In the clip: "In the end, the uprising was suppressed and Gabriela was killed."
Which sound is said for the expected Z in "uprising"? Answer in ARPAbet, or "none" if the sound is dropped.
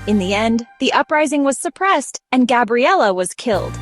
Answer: Z